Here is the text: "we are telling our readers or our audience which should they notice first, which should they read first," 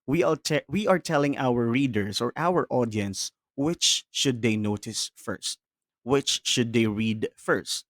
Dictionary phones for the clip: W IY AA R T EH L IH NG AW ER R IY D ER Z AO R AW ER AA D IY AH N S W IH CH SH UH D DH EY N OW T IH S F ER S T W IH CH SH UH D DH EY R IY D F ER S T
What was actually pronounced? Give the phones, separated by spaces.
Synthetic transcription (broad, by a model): W IY AA R T EH L IH NG AW ER R IY D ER S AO R AW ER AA D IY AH N S W IH CH SH UH D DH EY N OW T IH S F ER S T W IH CH SH UH D EY R IY D F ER S T